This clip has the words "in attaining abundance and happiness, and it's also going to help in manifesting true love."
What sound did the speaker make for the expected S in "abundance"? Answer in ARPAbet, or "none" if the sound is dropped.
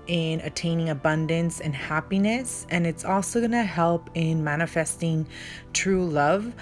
S